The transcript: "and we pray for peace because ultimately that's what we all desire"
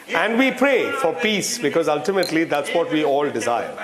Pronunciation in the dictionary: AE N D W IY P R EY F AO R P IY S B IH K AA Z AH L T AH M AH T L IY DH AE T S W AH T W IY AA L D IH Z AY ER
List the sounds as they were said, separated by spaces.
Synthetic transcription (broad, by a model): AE N D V IY P R EY F AO R P IY S B IH K AA Z AH L T AH M AH T L IY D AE T S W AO T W IY AA L D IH Z AY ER